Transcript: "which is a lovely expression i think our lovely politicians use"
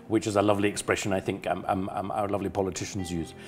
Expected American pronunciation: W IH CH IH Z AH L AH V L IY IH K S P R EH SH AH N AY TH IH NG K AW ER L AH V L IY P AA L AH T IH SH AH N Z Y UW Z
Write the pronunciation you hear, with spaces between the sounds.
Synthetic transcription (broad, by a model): W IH CH IH Z AH L AH V L IY IH K S P R EH SH AH N AY TH IH NG K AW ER L AH V L IY P AA L AH T IH SH AH N Z Y UW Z